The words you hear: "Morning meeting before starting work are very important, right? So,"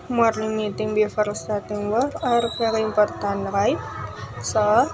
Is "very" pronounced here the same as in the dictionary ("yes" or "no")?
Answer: no